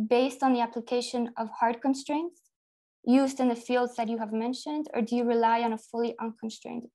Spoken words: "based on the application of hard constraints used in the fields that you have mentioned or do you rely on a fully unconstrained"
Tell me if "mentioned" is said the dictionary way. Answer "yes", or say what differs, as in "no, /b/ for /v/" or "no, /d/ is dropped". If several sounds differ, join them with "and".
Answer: yes